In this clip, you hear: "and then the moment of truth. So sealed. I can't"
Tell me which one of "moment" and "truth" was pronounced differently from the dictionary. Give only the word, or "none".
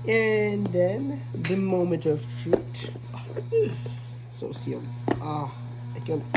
truth